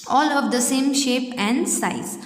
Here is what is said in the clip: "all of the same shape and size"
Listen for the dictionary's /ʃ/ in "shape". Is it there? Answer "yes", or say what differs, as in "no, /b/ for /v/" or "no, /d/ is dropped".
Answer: yes